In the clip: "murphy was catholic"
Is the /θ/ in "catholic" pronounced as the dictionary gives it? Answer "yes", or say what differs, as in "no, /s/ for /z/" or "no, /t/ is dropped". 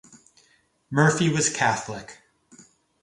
yes